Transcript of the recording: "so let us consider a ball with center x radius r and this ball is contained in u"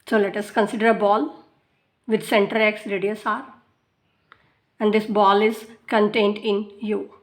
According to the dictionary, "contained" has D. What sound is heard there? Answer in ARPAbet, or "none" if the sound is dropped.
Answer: D